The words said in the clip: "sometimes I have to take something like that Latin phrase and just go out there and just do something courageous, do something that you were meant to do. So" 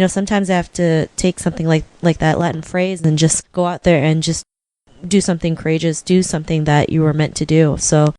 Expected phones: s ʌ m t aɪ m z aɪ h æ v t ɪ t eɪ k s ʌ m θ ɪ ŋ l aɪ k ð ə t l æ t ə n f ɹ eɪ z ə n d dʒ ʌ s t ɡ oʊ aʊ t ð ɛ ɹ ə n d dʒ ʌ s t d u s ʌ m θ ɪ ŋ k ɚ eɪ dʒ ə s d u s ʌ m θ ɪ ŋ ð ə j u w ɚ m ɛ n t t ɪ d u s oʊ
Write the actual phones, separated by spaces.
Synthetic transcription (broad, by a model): s ʌ m t aɪ m z aɪ h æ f t ɪ t eɪ k s ʌ m θ ɪ ŋ l aɪ k ð ə t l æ t n f ɹ eɪ z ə n dʒ ʌ s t ɡ oʊ aʊ t ð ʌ ɹ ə n dʒ ʌ s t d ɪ s ʌ m θ ɪ ŋ k ɚ eɪ dʒ ə s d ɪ s ʌ m θ ɪ ŋ ð ə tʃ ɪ w ɚ m ɛ n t t ɪ d u s oʊ